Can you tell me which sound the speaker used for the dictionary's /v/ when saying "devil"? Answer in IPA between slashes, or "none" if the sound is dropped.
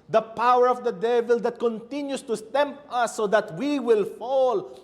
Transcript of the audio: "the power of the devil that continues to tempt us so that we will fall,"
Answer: /v/